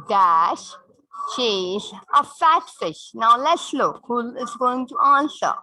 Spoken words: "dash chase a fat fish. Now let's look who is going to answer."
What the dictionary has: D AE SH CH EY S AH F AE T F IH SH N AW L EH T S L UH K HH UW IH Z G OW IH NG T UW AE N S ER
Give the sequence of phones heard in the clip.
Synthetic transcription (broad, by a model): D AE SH SH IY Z AH F AE T F IH SH N AW L EH T S L UH K HH UW IH Z G OW IH NG T UW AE N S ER